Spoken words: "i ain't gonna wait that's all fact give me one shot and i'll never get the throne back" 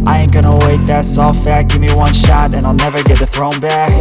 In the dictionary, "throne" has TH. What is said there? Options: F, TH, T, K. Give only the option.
TH